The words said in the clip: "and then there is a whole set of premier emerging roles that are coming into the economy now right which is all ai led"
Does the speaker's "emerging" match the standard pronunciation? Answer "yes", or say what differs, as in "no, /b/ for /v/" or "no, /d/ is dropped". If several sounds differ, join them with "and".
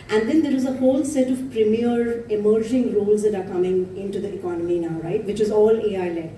yes